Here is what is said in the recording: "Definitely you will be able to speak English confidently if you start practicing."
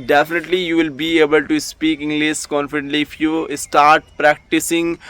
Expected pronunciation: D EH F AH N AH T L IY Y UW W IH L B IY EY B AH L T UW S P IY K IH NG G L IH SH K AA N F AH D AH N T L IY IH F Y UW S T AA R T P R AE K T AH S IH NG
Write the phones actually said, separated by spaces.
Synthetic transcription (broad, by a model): D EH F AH N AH T L IY Y UW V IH L B IY EY B AH L T UW S P IY K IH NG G L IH S K AA N F AH D AH N T L IY IH F Y UW S T AA R T P R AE K T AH S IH NG